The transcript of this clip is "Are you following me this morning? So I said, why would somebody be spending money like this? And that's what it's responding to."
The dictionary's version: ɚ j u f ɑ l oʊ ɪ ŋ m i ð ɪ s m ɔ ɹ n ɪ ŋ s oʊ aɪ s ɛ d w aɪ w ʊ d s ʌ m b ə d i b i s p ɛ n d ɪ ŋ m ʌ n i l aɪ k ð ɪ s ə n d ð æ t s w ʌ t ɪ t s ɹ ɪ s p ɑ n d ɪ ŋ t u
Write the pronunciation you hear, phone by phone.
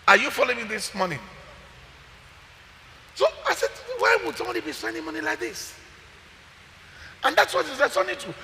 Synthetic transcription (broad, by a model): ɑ j u f ɑ l oʊ ɪ ŋ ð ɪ s m ɔ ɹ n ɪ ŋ s oʊ aɪ s ɛ d w aɪ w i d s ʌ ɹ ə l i b i s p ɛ n d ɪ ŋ m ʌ n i l aɪ k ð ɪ s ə n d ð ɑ t s w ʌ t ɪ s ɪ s ɑ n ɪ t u